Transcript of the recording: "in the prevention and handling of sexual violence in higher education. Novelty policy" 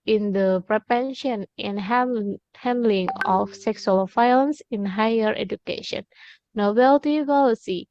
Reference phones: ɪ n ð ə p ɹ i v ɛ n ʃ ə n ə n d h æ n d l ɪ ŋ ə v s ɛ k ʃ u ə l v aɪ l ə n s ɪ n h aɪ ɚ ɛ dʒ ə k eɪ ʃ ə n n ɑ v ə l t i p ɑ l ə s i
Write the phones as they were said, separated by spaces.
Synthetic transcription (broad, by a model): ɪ n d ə p ɹ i p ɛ n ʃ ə n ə n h h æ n d l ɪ ŋ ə f s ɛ k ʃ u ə l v aɪ l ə n s ɪ n h aɪ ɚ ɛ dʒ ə k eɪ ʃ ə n n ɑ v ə l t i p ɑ l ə s i